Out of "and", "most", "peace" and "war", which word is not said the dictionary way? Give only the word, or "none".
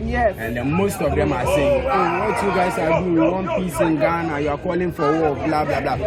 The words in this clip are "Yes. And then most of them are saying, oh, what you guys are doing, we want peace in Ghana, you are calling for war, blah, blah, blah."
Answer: war